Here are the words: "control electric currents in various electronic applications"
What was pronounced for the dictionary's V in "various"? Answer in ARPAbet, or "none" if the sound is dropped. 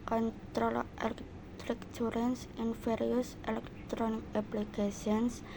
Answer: F